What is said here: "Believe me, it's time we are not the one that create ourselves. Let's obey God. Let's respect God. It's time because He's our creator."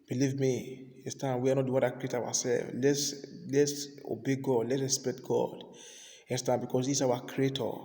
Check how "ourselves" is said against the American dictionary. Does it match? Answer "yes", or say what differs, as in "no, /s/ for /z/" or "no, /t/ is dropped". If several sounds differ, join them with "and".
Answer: no, /w/ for /ɹ/